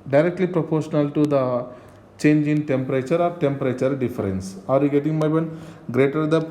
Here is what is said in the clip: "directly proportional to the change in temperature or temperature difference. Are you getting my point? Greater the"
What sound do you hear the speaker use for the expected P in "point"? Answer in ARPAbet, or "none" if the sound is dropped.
B